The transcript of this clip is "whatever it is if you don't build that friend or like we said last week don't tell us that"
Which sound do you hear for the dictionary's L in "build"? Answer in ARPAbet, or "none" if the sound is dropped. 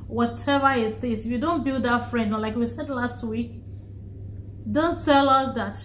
L